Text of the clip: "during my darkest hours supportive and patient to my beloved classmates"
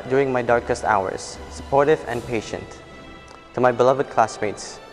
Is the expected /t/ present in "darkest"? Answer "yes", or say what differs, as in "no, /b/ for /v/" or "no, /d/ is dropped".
yes